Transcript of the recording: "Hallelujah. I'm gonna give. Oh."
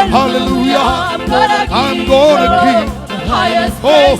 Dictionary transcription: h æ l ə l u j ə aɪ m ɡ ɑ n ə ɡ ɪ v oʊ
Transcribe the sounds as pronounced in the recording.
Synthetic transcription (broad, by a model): h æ l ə l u j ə aɪ m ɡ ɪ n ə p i oʊ